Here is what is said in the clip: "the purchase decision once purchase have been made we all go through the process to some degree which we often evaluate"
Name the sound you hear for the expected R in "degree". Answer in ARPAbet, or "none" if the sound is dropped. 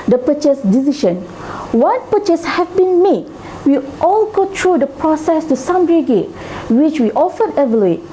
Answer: none